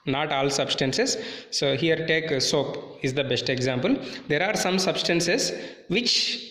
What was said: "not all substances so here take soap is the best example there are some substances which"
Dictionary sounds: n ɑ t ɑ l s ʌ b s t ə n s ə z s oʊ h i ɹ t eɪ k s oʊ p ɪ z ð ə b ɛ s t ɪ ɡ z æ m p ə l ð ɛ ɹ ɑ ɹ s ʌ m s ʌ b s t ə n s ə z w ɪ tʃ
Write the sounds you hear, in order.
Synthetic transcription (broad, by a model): n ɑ t ɑ l s ʌ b s t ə n s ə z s oʊ h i ɹ t eɪ k s oʊ p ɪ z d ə b ɛ s t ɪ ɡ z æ m p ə l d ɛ ɹ ɑ ɹ s ʌ m s ʌ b s t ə n s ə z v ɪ tʃ